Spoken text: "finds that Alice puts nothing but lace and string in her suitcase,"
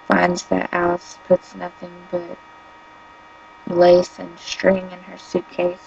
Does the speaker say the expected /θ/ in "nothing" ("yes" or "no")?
yes